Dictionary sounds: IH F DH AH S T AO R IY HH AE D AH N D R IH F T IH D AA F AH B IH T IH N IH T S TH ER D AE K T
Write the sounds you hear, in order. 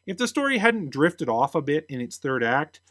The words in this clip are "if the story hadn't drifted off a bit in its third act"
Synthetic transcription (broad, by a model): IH F DH AH S T AO R IY HH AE D N D R IH F T IH D AA F AH B IH T IH N IH T S TH ER D AE K T